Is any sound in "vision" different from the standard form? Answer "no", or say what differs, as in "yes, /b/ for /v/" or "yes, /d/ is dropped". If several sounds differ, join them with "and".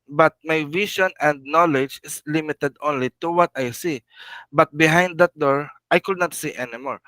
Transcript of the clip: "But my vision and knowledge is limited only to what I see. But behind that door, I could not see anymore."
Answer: yes, /ʃ/ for /ʒ/